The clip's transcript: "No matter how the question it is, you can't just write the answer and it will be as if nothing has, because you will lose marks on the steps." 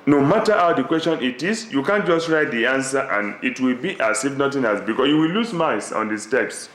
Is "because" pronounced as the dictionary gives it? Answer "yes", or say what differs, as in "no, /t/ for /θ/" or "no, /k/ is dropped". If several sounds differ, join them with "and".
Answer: no, /s/ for /z/